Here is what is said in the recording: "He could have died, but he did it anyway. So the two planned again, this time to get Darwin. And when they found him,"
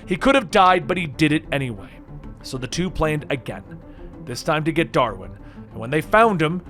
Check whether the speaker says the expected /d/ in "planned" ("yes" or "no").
yes